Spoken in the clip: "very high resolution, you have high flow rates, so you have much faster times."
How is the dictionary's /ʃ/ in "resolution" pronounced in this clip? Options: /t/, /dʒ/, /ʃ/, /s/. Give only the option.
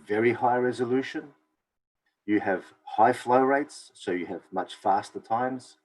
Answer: /ʃ/